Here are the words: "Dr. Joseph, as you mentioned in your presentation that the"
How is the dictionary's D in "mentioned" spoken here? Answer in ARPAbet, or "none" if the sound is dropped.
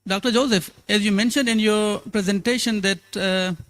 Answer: D